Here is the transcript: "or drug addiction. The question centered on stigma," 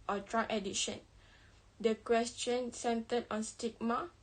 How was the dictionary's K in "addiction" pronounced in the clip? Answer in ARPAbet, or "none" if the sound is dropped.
none